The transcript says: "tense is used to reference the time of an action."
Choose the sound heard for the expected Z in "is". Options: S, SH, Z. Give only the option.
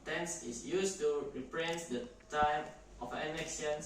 S